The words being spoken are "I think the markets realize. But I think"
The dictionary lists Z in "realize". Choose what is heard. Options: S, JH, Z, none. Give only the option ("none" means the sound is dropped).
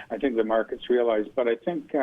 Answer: Z